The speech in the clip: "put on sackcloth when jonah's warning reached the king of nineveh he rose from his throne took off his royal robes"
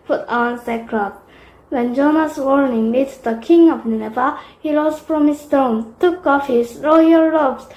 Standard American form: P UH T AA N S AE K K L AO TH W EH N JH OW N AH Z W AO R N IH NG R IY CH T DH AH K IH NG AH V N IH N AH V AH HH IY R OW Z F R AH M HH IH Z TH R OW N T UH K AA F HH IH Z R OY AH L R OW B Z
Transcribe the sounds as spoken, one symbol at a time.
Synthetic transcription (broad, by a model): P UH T AA N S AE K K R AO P W EH N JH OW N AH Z W AO R N IH NG L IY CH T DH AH K IH NG AH V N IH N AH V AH HH IY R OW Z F R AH M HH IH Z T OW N T UH K AA F HH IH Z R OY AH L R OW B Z